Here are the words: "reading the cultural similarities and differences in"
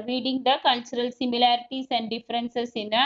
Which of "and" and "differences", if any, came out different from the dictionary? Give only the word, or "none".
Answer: differences